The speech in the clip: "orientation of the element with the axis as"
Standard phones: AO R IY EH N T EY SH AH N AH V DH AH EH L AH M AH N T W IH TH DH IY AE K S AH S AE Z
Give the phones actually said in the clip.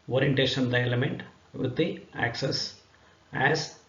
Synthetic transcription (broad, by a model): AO R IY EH N T EY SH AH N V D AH EH L AH M AH N T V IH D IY AE K S AH S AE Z